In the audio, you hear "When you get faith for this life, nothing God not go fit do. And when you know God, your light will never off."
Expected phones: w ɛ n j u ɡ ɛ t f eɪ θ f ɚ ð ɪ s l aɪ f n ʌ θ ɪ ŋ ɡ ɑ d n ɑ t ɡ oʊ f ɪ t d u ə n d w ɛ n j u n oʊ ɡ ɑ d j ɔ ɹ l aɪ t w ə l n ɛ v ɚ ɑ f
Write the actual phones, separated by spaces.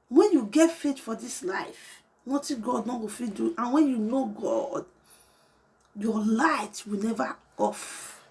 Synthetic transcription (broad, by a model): w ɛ n j u ɡ ɛ t f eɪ t f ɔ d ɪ s l aɪ f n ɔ t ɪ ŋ ɡ ɑ d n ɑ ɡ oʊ f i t d u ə n w ɛ n j u n oʊ ɡ ɑ d j ɔ l aɪ t w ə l n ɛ v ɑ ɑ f